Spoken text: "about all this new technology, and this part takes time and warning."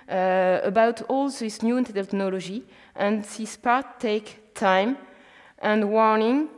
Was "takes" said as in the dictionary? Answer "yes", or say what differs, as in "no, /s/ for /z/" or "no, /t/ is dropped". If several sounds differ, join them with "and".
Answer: no, /s/ is dropped